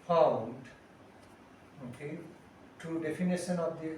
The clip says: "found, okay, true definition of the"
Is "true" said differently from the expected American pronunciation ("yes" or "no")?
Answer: yes